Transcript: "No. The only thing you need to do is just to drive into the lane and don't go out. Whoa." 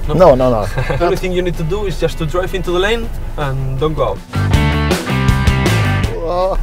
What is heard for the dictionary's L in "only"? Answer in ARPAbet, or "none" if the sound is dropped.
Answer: none